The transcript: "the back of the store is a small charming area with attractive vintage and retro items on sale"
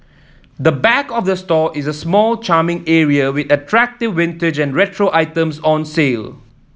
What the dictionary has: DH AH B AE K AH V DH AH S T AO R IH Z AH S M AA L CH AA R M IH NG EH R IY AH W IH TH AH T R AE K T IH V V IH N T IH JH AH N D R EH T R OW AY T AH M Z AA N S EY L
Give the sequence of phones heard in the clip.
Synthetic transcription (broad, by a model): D AH B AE K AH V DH AH S T AO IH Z AH S M AA L CH AA M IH NG EH R IY AH W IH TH AH T R AE K T IH V W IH N T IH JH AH N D R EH T R OW AY T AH M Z AA N S EY L